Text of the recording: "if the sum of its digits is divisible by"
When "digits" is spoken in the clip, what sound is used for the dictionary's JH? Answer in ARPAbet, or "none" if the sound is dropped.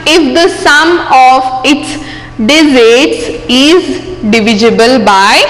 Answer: Z